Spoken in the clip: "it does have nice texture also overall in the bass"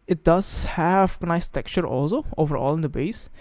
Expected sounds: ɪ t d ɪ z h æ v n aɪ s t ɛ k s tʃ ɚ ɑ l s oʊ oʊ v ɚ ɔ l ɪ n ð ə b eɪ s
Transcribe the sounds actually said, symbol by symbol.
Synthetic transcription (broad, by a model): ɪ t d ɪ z h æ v n aɪ s t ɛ k tʃ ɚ ɑ l s oʊ oʊ v ɚ ɔ l ɪ n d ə b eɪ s